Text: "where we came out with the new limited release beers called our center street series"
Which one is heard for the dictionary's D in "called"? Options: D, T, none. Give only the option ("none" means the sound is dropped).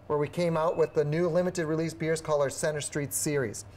none